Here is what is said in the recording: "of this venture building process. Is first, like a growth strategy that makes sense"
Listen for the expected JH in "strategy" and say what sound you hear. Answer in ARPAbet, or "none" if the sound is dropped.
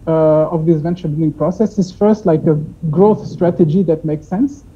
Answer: JH